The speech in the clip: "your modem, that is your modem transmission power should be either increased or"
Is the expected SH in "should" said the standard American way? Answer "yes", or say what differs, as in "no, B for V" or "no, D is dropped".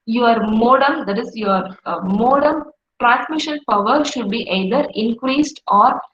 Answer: yes